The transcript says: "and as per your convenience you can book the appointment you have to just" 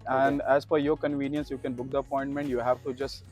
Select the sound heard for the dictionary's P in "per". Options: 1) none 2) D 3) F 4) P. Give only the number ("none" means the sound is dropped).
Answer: 3